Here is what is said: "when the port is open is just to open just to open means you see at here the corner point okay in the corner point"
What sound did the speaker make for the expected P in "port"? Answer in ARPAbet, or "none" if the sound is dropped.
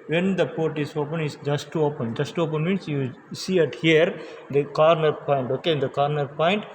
P